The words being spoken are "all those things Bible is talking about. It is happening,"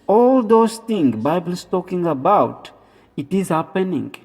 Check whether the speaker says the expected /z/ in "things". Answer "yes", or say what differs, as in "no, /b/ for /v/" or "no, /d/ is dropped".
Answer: no, /z/ is dropped